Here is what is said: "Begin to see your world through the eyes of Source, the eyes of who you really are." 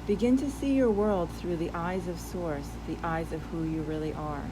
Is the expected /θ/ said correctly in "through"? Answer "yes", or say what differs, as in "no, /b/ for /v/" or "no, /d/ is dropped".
yes